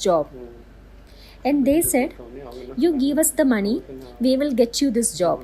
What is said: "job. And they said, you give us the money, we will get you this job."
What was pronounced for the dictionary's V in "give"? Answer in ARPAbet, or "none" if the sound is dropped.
V